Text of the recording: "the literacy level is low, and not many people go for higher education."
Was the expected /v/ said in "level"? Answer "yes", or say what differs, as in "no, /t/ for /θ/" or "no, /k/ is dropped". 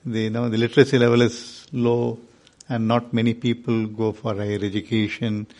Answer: yes